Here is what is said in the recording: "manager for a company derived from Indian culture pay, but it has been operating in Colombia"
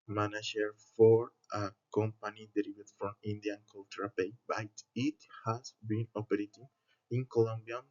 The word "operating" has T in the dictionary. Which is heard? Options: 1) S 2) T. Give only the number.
2